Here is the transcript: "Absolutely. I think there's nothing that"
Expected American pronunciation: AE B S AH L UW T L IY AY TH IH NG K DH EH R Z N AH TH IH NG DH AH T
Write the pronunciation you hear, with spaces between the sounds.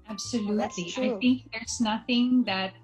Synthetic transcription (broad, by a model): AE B S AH L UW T L IY AY TH IH NG K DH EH R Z N AH TH IH NG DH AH T